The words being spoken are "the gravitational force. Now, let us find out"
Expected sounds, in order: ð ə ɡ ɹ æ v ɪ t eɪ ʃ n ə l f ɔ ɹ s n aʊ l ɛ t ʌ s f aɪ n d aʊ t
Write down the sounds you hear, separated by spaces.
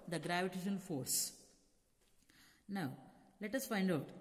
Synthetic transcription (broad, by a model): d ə ɡ ɹ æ v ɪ t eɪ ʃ ə n f ɔ ɹ s n aʊ l ɛ t ʌ s f aɪ n d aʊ t